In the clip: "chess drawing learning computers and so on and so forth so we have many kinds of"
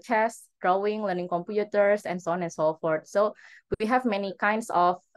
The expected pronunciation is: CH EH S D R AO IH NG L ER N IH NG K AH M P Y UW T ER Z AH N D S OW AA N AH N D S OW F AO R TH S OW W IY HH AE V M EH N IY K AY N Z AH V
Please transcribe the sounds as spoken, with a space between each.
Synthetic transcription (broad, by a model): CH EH S D R AO IH NG L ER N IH NG K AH M P Y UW T ER S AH N S OW AA N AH N S OW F AO R T S OW W IY HH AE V M EH N IY K AY N S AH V